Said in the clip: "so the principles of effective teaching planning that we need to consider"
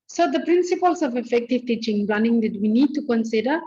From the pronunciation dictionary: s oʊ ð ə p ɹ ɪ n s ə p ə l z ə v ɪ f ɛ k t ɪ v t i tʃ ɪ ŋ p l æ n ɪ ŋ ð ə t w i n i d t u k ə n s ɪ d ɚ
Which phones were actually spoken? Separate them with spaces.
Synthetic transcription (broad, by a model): s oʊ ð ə p ɹ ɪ n s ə p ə l s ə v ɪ f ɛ k t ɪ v t i tʃ ɪ ŋ b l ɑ n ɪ ŋ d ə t w i n i d t u k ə n s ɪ d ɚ